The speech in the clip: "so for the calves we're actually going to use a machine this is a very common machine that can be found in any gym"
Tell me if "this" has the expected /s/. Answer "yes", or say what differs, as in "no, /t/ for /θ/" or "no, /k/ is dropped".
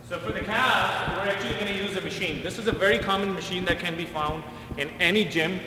yes